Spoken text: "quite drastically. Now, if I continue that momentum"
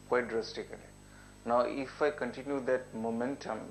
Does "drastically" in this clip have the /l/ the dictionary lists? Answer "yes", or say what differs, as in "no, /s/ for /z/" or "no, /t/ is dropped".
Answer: no, /n/ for /l/